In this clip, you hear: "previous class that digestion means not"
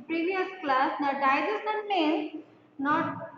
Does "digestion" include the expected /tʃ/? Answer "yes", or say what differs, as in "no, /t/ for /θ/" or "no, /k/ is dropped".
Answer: no, /tʃ/ is dropped